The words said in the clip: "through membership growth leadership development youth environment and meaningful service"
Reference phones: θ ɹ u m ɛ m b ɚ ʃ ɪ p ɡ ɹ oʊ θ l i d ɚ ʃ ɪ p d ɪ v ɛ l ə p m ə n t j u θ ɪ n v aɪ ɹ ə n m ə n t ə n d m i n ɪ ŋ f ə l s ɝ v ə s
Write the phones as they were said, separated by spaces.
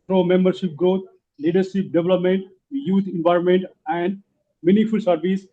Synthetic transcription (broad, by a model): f ɹ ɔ m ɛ m b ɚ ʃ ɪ p ɡ ɹ oʊ t l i d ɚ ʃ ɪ p d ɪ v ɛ l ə p m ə n t j u t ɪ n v aɪ ɹ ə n m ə n t ə n d m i n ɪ f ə l s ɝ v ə s